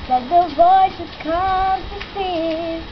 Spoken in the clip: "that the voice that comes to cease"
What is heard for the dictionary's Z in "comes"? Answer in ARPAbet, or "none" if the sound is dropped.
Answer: none